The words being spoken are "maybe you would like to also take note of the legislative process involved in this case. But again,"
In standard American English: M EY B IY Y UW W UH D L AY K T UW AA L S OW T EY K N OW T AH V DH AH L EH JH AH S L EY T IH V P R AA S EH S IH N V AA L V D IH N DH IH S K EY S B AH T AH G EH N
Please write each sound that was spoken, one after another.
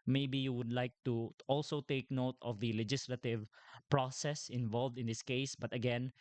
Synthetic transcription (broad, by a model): M EY B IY Y UW W UH D L AY K T UW AA L S OW T EY K N OW T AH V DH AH L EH JH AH S L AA T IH V P R AA S EH S IH N V AA L V D IH N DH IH S K EY S B AH T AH G EH N